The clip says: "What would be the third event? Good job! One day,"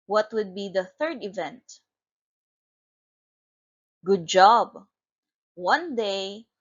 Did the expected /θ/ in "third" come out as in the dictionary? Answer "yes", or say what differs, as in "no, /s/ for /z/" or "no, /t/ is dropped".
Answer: yes